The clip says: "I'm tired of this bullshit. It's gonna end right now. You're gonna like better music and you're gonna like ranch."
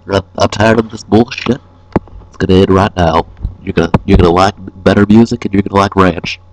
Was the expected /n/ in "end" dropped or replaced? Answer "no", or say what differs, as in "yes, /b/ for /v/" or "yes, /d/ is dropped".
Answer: yes, /n/ is dropped